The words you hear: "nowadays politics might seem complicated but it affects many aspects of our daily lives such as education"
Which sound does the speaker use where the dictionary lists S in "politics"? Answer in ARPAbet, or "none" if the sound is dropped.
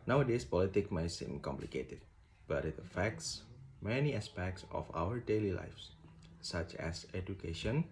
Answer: none